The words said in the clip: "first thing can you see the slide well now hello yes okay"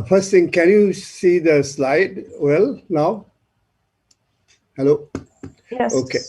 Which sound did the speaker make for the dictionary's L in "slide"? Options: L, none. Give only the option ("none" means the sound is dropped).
L